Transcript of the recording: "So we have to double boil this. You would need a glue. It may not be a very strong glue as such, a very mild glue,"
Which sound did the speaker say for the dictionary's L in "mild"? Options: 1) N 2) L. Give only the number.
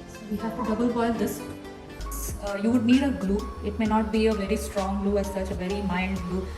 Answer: 1